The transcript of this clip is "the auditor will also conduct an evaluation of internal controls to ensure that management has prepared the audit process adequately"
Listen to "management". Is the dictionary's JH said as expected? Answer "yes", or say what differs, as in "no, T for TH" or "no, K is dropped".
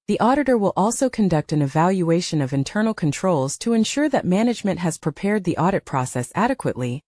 yes